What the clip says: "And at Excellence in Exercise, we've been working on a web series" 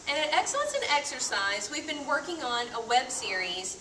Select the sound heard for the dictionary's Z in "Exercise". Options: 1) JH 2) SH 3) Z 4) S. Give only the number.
3